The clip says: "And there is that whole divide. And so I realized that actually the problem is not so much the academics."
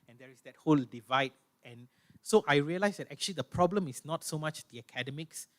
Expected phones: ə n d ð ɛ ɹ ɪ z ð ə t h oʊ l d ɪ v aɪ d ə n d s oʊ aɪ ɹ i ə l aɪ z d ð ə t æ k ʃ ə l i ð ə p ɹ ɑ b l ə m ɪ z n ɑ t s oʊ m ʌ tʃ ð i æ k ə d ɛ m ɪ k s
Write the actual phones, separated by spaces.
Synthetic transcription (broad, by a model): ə n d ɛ ɹ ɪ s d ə t h oʊ l d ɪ v aɪ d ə n s oʊ aɪ ɹ i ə l aɪ s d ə t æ k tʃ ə l i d ə p ɹ ɑ b l ə m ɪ s n ɑ t s oʊ m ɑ tʃ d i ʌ k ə d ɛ m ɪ k s